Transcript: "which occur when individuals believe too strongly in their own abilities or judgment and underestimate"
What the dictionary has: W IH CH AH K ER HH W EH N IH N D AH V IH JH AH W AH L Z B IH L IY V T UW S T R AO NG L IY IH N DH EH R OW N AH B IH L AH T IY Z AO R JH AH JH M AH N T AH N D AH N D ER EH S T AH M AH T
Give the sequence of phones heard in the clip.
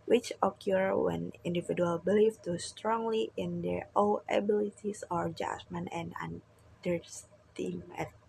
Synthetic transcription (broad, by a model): W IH CH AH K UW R W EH N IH N D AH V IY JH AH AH L B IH L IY F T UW S T R AO NG L IY IH N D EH R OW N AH B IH L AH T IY S AO R JH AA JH M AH N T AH N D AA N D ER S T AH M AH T